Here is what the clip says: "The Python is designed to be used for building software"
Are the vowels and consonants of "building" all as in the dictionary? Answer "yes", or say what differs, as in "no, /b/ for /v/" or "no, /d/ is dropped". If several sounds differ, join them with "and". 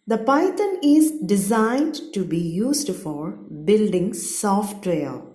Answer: yes